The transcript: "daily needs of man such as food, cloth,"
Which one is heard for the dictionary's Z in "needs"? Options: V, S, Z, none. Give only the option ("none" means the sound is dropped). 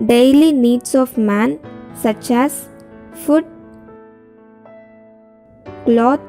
S